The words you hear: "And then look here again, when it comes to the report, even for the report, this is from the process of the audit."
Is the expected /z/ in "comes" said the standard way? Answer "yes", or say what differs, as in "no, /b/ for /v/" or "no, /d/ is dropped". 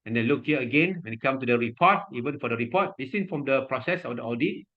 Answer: no, /z/ is dropped